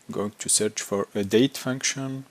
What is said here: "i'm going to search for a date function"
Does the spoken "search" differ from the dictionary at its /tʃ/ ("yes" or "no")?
no